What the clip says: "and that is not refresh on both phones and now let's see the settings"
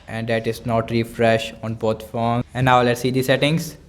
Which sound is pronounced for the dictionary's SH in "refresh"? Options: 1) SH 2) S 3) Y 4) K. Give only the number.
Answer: 1